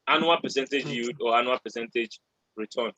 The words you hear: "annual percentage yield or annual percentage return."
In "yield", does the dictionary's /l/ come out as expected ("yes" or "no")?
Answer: no